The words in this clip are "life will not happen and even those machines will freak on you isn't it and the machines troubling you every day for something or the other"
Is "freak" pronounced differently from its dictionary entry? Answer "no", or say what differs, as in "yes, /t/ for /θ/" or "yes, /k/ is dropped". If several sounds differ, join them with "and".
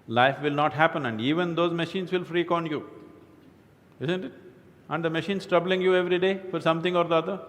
no